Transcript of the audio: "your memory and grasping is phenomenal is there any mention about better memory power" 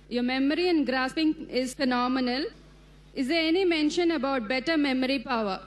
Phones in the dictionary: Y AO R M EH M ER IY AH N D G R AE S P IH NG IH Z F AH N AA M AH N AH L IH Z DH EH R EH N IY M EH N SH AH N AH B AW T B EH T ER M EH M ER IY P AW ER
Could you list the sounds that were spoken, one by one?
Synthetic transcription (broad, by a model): Y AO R M EH M ER IY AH N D G R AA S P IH NG IH Z F AH N AA M AH N AH L IH Z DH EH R EH N IY M EH N SH AH N AH B AW T B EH T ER M EH M ER IY P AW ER